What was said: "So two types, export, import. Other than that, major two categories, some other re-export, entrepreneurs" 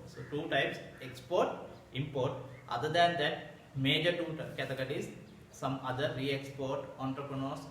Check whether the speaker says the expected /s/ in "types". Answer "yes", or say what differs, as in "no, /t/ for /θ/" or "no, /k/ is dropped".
yes